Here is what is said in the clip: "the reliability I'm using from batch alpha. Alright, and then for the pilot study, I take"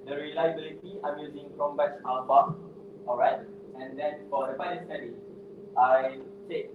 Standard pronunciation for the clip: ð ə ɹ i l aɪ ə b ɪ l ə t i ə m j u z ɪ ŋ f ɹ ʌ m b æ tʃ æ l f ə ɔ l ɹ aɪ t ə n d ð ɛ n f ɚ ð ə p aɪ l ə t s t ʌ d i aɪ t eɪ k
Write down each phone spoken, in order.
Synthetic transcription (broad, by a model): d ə ɹ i l aɪ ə b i l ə t i ə m j u z ɪ ŋ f ɹ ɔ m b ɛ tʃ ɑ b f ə ɔ l ɹ aɪ t ə n d ɛ n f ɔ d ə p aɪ n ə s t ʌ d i aɪ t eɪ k